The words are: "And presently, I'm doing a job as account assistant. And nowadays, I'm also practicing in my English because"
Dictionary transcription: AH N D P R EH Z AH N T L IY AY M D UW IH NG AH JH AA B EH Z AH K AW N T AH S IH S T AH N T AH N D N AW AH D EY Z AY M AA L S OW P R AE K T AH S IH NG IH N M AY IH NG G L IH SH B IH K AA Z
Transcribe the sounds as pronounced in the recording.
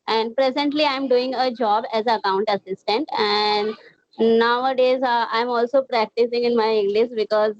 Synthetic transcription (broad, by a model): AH N D P R EH Z AH N T L IY AY M D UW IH NG AH JH AA B EH Z AH K AW N T AH S IH S T AH N T AH N D N AW AH D EY Z AY M AA L S OW P R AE K T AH S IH NG IH N M AY IH NG G L IH SH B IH K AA Z